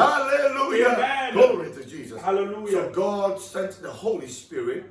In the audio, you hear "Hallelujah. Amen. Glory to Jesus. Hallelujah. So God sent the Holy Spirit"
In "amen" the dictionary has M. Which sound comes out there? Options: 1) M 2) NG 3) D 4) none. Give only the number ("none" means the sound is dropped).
4